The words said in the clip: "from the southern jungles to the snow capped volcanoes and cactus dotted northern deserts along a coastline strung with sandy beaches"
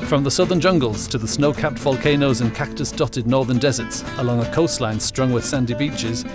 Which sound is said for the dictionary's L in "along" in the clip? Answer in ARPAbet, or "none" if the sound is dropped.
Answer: L